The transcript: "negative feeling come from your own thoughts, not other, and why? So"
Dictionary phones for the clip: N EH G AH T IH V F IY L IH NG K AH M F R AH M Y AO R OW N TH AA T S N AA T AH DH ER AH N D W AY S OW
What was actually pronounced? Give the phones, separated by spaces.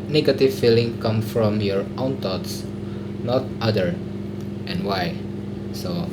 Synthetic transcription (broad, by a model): N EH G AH T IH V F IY L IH NG K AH M F R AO M Y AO R OW N T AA T S N AA T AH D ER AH N W AY S OW